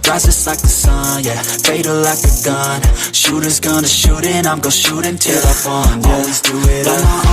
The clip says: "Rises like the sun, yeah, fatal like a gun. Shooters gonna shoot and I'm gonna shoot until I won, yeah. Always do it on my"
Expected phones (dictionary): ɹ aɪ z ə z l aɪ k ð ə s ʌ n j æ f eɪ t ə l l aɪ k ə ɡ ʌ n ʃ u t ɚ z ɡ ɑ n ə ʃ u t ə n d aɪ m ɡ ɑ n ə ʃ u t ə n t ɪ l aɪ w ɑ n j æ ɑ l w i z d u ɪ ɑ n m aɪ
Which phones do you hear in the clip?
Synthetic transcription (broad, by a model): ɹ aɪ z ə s l aɪ k ð ə s ʌ n j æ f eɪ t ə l l aɪ k ə ɡ ʌ n ʃ u t ɚ z ɡ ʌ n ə ʃ u t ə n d aɪ m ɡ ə ʃ u t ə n t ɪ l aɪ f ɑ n ɑ l w i z d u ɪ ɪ